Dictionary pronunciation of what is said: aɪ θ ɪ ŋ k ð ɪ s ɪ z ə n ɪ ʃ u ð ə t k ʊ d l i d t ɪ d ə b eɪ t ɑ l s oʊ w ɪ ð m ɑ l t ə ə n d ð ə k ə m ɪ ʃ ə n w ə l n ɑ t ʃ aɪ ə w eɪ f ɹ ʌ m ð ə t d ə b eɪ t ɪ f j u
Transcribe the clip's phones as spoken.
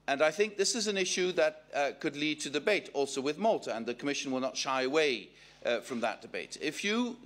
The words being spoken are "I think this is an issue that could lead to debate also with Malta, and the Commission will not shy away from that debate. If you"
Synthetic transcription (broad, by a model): aɪ θ ɪ ŋ k ð ɪ s ɪ z ə n ɪ ʃ u ð ə t k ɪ d l i d t ɪ d ə b eɪ t ɑ l s oʊ w ɪ ð m ɑ l t ə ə n ð ə k ə m ɪ ʃ ə n w ə l n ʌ t ʃ aɪ ə w eɪ f ɹ ʌ m ð ə t d ə b eɪ t ɪ f j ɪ